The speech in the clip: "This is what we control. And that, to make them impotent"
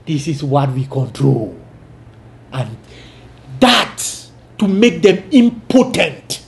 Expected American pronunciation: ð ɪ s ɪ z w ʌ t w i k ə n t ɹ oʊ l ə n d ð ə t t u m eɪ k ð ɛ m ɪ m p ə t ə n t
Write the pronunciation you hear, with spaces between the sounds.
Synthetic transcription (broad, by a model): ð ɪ s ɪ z w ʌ t w i k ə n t ɹ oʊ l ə n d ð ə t s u m eɪ k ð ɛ m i m p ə t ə n t